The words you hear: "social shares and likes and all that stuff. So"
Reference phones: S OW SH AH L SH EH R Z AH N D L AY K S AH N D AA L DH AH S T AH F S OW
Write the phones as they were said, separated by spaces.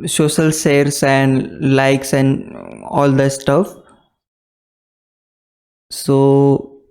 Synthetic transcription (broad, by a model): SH OW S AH L S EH R S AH N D L AY K S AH N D AA L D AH S T AH F S OW